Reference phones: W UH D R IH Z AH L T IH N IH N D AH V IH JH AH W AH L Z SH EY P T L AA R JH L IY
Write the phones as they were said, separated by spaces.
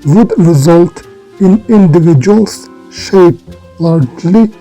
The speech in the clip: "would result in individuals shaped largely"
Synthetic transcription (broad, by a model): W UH D R IH Z AH L T IH N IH N D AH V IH JH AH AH L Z SH EY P L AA R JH L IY